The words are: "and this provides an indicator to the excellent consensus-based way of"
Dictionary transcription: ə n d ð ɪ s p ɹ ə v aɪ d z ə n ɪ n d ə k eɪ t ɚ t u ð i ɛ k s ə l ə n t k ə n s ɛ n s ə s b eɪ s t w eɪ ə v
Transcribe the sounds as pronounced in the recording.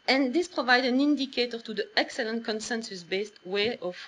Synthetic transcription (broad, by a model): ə n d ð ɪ s p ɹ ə v aɪ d ə n ɪ n d ə k eɪ t ɚ t u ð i ɛ k s ə l ə n t k ə n s ɛ n s ə s b eɪ s t w eɪ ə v